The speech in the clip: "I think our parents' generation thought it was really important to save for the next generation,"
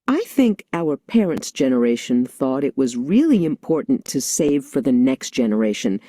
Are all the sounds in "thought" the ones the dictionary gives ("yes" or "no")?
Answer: yes